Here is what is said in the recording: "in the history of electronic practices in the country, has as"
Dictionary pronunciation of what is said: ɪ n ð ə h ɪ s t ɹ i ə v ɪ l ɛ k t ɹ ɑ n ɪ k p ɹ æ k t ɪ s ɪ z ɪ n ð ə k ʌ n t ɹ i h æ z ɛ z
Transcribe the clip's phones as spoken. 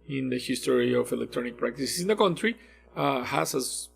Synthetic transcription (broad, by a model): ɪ n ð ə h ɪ s t ɹ i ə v ɪ l ɛ k t ɹ ɑ n ɪ k p ɹ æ k t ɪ s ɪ s ɪ n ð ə k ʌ n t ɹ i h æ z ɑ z